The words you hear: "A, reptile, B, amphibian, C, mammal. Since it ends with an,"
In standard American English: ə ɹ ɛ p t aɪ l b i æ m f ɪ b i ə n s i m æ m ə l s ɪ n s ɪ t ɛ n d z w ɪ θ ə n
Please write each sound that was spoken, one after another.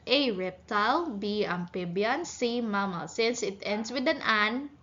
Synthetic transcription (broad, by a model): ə ɹ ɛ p t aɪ l b i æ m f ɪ b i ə n s i m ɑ m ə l s ɪ n s ɪ t ɛ n d s w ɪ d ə n